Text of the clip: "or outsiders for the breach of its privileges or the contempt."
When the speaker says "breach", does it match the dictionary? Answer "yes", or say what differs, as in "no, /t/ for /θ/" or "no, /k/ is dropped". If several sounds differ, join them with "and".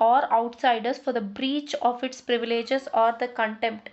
yes